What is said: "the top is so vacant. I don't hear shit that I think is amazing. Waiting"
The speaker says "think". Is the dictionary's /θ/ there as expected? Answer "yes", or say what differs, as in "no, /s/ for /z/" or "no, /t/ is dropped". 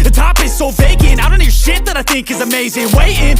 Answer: yes